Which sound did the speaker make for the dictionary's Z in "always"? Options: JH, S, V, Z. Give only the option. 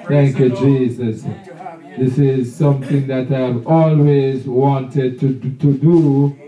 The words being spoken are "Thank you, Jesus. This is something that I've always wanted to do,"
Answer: Z